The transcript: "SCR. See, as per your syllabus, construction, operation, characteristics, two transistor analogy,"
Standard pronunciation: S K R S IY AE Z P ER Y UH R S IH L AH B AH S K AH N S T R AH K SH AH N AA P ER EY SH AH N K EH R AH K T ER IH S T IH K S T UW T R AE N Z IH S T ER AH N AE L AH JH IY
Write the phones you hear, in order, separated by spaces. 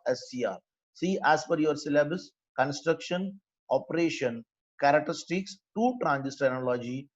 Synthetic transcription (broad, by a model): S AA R S IY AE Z F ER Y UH R S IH L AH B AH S K AH N S T R AH K SH AH N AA P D EY SH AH N K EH R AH K T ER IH S T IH K S T UW T R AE N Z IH S T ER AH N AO L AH JH IY